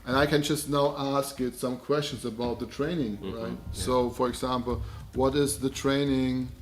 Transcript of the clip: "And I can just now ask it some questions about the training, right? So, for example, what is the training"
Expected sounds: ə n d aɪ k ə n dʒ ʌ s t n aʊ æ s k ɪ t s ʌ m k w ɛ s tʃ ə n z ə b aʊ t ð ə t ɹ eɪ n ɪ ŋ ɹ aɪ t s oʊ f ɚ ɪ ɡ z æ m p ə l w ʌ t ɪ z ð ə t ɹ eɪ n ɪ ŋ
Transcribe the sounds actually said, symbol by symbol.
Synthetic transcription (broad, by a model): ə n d aɪ k ə n dʒ ʌ s t n aʊ æ s k ɪ t s ʌ m k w ɛ s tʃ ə n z ə b aʊ t ð ə t ɹ eɪ n ɪ ŋ ɹ aɪ t s oʊ f ɚ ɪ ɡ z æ m p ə l w ʌ t ɪ z ð ə t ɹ eɪ n ɪ ŋ